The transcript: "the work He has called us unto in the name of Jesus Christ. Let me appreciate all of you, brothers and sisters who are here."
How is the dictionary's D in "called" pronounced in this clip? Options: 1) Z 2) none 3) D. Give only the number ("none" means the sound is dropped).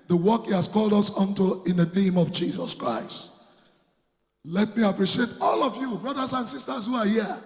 3